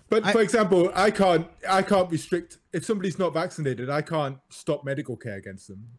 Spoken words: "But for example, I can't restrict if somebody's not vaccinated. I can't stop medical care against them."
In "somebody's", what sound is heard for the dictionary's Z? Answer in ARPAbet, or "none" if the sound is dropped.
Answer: Z